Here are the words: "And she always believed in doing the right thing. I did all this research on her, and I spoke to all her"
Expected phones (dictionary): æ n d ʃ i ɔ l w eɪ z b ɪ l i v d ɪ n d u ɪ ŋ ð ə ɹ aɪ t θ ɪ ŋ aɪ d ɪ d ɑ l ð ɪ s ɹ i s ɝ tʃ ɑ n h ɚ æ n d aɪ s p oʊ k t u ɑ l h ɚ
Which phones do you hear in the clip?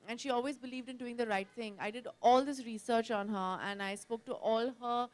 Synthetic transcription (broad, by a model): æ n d ʃ i ɔ l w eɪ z b ɪ l i v d ɪ n d u ɪ ŋ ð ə ɹ aɪ t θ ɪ ŋ aɪ d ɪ d ɑ l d ɪ s ɹ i s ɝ tʃ ɑ n h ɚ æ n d aɪ s p oʊ k t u ɑ l h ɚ